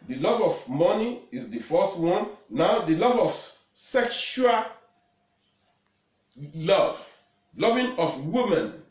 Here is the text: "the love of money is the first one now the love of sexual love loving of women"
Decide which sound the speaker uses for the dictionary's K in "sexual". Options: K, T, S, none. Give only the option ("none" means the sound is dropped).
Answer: K